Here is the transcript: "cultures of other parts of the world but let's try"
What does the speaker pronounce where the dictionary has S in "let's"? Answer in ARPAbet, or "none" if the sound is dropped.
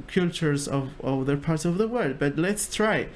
S